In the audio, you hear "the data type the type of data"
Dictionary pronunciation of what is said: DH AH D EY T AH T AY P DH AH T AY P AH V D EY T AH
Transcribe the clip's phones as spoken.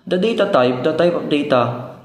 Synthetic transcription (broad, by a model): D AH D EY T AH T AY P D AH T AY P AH P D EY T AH